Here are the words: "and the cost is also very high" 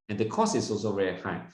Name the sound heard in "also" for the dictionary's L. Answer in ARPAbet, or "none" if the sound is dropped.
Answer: L